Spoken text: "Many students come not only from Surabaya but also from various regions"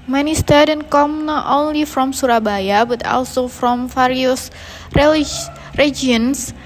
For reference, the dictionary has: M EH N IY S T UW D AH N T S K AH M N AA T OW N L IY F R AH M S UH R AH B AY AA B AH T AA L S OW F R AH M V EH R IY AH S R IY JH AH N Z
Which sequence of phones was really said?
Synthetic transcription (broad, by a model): M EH N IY S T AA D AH N K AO M N AA T OW N L IY F R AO M S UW R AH B AY AA B AH T AA L S OW F R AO M F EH R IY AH S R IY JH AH N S